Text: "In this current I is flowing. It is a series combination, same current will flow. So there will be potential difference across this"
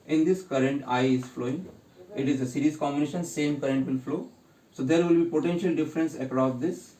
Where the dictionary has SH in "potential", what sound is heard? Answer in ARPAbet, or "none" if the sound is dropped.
SH